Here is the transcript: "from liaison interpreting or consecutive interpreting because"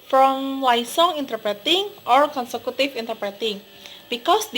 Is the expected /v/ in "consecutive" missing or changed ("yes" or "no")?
yes